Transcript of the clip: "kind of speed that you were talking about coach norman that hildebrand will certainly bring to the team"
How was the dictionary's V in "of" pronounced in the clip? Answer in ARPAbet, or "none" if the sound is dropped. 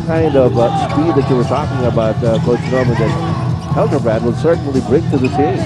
V